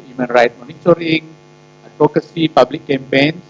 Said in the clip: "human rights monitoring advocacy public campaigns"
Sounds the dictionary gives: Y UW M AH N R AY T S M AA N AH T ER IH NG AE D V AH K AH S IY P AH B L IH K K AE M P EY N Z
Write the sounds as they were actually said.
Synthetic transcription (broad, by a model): Y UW M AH N R AY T M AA N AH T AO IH NG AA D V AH K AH S IY P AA B L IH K K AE M P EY N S